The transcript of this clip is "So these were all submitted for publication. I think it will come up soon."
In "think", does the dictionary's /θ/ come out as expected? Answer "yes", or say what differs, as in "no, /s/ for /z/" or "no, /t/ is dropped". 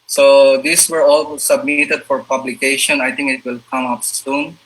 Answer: no, /t/ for /θ/